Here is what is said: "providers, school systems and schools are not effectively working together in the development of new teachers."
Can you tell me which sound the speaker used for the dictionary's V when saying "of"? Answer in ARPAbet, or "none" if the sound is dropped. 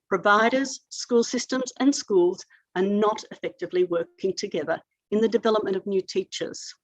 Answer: V